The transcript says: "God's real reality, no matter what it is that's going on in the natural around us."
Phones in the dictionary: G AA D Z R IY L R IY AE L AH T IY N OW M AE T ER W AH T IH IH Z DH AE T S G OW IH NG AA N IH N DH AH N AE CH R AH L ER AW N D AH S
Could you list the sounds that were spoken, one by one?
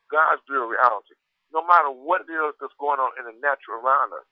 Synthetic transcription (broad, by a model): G AA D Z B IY R IY AE L AH T IY N OW M AE T ER W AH T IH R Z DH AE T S G OW IH NG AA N IH N DH AH N AE CH AH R ER AW N D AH S